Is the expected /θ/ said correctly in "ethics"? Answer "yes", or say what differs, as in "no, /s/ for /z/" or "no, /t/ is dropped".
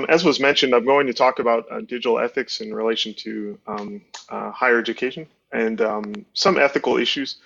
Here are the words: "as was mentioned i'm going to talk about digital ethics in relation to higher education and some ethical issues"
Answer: yes